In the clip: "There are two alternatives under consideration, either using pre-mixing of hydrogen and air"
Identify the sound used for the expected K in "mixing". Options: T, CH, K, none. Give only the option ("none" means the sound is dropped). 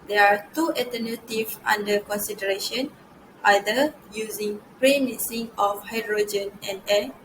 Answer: none